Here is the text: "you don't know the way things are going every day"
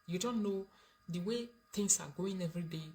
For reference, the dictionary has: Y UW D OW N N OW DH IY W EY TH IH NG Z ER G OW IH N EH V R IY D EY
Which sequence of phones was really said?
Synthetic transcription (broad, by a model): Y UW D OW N N OW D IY W EY T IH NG S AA G OW IH N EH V IY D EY